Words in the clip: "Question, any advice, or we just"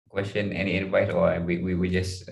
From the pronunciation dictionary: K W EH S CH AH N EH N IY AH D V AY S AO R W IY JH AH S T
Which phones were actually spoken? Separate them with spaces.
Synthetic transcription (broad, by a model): K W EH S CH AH N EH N IY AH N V AY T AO W W IY JH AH S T